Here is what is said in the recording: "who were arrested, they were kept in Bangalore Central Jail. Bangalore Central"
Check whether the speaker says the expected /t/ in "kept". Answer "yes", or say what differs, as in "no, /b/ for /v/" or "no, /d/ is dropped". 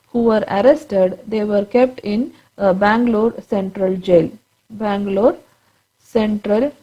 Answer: yes